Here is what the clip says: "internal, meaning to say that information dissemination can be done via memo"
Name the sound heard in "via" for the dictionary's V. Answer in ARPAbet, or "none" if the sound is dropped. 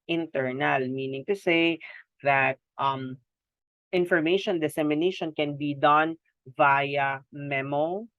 V